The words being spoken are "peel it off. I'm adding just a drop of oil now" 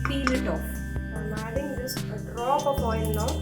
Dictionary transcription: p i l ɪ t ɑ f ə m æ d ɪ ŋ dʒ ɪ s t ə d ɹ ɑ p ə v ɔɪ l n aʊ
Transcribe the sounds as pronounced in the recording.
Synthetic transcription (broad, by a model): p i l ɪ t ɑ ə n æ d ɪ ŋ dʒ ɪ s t ə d ɹ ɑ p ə p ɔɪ n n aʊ